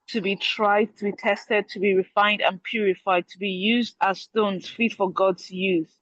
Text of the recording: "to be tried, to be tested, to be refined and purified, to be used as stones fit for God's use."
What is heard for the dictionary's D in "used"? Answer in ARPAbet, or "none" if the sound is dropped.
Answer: D